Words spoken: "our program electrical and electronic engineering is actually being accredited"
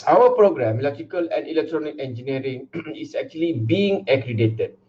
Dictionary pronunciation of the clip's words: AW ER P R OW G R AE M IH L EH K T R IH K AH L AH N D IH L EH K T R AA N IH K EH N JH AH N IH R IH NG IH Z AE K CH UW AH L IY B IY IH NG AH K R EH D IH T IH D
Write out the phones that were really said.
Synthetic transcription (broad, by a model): AW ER P R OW G R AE M L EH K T IH K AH L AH N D IH L EH K T R AA N IH K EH N JH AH N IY R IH NG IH S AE K CH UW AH L IY B IY IH NG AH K R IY D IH T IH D